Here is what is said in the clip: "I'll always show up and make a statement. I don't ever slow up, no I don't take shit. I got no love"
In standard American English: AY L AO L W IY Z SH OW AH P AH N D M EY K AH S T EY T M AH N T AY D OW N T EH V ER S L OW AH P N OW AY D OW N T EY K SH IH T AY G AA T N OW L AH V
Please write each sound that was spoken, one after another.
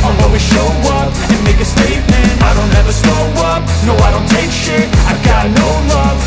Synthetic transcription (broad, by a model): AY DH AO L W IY SH OW AH P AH N M EY K AH S T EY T M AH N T AY D OW N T EH V ER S OW AH P N OW AY D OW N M EY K SH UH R AY G AA T N OW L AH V